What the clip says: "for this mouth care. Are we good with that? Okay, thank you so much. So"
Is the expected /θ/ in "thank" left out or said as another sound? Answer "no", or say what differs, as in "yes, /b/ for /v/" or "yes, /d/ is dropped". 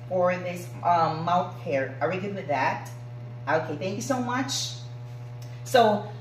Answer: no